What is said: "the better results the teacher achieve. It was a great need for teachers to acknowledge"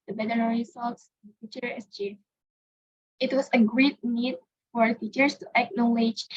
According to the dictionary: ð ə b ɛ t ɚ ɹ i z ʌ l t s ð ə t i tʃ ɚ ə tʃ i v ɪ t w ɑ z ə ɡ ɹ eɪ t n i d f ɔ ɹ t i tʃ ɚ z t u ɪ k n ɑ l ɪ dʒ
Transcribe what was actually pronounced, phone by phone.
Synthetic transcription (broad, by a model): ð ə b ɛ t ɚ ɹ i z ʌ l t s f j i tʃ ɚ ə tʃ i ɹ ɪ t w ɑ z ə ɡ ɹ eɪ t n i d f ɔ ɹ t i tʃ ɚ s t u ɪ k n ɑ l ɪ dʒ